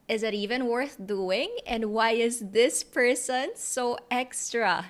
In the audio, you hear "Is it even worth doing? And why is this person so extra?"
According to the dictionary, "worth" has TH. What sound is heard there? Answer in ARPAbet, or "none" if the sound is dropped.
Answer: TH